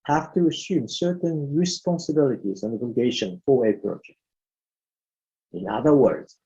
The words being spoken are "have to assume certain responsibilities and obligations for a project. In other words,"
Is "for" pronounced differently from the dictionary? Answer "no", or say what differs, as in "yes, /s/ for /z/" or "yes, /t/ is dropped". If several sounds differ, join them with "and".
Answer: yes, /w/ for /ɹ/